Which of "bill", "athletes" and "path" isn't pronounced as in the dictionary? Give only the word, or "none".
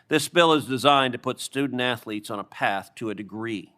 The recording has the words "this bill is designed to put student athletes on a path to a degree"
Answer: none